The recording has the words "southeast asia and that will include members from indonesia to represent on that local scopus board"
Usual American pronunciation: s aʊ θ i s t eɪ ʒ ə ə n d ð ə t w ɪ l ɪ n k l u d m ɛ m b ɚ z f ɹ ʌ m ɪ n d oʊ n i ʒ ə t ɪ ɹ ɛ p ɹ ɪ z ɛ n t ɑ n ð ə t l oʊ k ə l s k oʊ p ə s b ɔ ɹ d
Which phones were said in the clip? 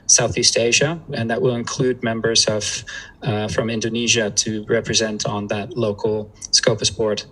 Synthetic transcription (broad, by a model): s aʊ θ i s t eɪ ʒ ə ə n ð ə t w ɪ l ɪ n k l u d m ɛ m b ɚ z f ɹ ʌ m ɪ n d oʊ n i ʒ ə t ɪ ɹ ɛ p ɹ ɪ z ɛ n t n ð ə t l oʊ k l s k oʊ p ə s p ɔ ɹ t